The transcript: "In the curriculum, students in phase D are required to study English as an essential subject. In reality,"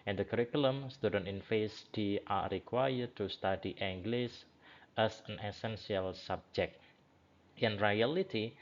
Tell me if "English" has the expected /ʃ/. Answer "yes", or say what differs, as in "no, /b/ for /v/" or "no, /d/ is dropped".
no, /s/ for /ʃ/